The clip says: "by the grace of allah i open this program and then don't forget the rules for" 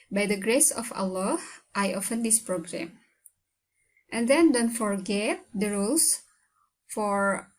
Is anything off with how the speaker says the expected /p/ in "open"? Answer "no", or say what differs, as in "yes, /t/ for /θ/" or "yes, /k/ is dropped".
yes, /f/ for /p/